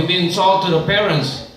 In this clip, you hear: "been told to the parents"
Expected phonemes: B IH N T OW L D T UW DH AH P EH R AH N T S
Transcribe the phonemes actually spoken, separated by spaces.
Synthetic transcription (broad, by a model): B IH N S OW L T UW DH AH P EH R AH N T S